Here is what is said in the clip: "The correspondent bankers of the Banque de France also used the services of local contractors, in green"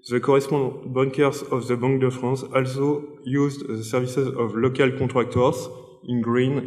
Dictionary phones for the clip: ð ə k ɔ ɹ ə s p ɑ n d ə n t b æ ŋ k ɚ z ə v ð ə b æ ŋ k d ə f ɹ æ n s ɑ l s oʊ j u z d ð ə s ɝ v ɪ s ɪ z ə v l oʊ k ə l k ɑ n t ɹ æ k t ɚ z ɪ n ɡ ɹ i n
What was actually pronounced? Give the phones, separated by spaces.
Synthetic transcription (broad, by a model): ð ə k ɔ ɹ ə s p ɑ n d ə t b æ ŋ k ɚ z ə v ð ə b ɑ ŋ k d ə f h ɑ s ɑ l s oʊ j u z d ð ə s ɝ v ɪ s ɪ z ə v l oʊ k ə l k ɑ t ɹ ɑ k t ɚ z ɪ n ɡ ɹ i n